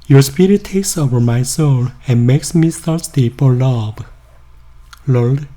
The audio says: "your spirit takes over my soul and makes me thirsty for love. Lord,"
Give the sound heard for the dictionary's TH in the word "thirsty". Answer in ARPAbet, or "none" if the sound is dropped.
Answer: S